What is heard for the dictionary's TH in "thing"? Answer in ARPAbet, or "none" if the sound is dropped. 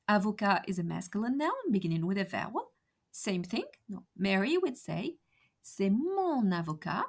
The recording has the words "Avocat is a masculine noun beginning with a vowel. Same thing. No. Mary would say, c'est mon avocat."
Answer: TH